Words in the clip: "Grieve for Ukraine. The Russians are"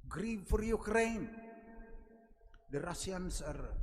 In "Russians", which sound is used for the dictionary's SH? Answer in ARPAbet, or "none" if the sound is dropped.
S